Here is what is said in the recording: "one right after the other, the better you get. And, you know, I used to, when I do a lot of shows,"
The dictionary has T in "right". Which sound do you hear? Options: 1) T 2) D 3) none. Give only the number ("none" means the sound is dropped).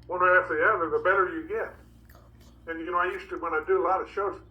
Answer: 3